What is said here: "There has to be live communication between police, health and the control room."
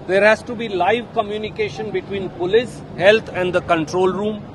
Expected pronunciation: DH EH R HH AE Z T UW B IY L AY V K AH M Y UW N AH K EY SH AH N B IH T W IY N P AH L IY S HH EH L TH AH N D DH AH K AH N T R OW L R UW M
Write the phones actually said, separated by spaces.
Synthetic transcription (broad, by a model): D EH R HH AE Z T UW B IY L AY V K AH M Y UW N AH K EY SH AH N B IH T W IY N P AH L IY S HH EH L T AH N D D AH K AH N T R OW L R UW M